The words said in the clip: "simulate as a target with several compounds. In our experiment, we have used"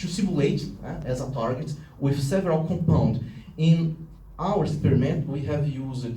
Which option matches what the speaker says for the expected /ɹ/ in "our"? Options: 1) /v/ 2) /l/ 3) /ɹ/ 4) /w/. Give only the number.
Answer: 4